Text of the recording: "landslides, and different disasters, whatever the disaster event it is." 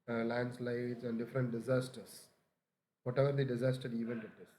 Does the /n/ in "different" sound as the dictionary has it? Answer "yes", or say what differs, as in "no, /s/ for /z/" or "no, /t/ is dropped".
yes